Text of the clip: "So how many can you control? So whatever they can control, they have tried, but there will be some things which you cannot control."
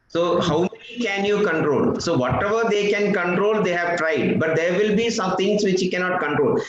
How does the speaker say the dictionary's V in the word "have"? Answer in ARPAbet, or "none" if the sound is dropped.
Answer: V